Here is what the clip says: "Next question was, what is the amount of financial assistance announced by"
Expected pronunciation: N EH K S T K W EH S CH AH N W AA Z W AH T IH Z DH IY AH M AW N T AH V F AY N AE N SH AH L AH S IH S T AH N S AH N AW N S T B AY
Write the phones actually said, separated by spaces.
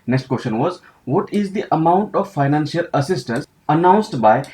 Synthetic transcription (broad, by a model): N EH K S T K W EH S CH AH N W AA Z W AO T IH Z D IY AH M AW N T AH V F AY N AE N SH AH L AH S IH S T AH N S AH N AW N S T B AY